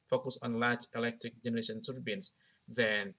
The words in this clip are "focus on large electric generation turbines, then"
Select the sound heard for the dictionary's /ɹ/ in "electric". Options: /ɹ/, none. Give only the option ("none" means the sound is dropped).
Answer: /ɹ/